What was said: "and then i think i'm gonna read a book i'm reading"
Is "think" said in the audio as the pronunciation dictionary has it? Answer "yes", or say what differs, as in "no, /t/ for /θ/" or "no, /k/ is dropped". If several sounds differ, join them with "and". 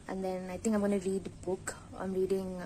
no, /t/ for /θ/